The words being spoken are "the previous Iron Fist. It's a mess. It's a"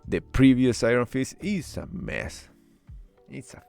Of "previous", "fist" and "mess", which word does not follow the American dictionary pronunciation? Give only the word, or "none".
fist